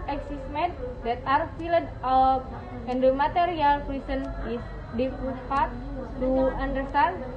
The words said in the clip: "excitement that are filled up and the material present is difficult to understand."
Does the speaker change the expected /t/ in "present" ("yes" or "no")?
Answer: yes